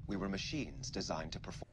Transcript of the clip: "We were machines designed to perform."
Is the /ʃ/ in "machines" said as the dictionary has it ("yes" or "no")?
yes